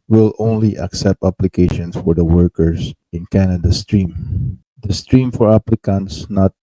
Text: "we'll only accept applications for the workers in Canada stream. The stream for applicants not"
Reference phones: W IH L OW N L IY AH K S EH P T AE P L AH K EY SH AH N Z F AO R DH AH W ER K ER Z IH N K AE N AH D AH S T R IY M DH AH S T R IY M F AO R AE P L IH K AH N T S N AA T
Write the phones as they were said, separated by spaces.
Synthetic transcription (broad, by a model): W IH L OW N L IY AH K S EH P T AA P L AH K EY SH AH N S F AO R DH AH W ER K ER S IH N K AE N AH D AH S T R IY M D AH S T R IY M F AO R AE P L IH K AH N T S N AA T